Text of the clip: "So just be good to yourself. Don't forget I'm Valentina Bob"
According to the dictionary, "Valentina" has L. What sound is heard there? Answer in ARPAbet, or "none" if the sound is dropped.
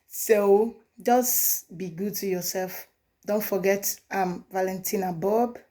L